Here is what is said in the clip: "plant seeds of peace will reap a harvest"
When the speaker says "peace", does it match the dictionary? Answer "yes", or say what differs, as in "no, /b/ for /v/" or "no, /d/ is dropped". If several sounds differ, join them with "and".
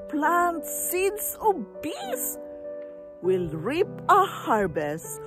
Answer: no, /b/ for /p/